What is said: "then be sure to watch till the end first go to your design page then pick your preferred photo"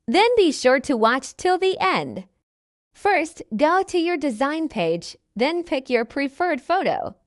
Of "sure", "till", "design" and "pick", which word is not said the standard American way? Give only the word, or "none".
none